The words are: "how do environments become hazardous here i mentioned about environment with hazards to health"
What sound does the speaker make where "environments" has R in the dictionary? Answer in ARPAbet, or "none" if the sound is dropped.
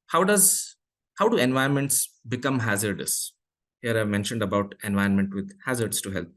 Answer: none